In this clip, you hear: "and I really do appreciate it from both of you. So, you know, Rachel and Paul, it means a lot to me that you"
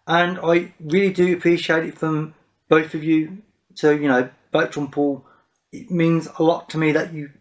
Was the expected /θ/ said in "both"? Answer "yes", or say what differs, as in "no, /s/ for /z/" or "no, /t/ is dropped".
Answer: yes